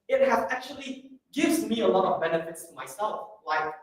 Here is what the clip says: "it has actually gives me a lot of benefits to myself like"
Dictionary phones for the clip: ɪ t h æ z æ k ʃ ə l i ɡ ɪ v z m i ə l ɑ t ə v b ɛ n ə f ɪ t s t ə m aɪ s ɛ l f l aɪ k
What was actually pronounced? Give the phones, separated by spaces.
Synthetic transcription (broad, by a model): ɪ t h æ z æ k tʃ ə l i ɡ ɪ v z m i ə l ɑ t ə v b ɛ n ə f ɪ t s t ə m aɪ s ɛ l f l aɪ k